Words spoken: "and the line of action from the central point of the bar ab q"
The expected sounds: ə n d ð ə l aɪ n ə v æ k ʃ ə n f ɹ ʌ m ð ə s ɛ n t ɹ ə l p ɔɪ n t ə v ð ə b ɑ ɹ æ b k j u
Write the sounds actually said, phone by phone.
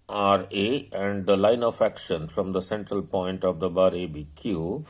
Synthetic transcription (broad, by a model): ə n d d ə l aɪ n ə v æ k ʃ ə n f ɹ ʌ m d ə s ɛ n t ɹ ə l p ɔɪ n t ə v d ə b ɑ ɹ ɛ b k j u